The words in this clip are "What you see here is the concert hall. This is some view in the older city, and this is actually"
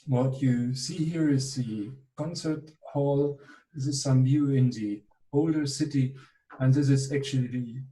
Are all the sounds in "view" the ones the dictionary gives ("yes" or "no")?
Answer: no